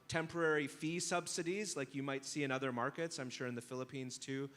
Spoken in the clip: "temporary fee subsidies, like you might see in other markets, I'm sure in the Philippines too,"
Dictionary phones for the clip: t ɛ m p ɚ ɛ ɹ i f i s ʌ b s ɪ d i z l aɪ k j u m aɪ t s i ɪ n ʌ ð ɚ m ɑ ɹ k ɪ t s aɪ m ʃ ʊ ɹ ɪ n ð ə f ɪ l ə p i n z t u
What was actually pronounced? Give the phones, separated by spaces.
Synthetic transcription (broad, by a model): t ɛ m p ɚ ɛ ɹ i f i s ʌ b s ɪ d i z l aɪ k j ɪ m aɪ t s i ɪ n ʌ ð ɚ m ɑ ɹ k ɪ t s aɪ m ʃ ʊ ɹ ɪ n ð ə f ɪ l ə p i n z t u